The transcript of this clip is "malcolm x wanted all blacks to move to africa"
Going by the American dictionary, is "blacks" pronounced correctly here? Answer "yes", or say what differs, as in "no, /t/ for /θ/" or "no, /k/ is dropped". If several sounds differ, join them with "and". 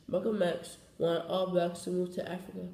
no, /l/ is dropped